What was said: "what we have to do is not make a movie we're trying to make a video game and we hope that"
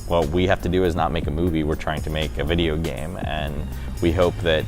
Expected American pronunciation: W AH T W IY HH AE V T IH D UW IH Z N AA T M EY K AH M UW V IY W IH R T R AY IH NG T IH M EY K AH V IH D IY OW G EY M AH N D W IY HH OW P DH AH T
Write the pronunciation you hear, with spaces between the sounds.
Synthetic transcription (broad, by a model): W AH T W IY HH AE F T IH D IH IH Z N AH T M EY K AH M UW V IY W IH R T R AY IH NG T IH M EY K AH V IH D IY OW G EY M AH N W IY HH OW P DH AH T